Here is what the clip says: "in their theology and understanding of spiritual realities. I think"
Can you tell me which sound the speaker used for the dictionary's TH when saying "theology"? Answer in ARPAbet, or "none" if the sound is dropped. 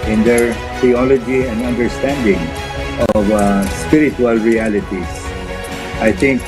T